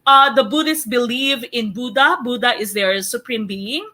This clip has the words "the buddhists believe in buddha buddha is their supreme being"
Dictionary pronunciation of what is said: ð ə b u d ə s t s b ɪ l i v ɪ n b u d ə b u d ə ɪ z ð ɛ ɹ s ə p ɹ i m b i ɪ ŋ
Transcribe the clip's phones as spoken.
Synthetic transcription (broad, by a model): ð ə b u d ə s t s b ɪ l i v ɪ n b u d ə b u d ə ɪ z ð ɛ ɹ s ə p ɹ i m b i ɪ ŋ